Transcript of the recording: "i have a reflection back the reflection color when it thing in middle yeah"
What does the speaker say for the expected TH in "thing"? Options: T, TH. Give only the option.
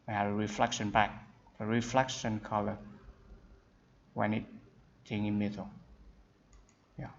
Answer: T